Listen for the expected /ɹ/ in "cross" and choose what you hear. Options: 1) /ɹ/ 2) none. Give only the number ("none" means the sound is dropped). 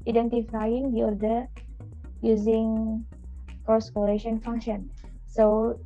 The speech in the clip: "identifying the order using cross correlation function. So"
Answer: 2